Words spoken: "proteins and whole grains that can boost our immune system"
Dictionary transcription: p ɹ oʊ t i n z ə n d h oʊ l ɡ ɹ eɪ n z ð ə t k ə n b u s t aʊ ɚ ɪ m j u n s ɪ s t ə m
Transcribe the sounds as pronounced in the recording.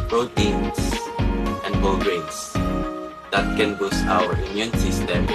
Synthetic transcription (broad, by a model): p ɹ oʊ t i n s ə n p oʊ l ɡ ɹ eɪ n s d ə t k ə n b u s aʊ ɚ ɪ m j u n s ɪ s t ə m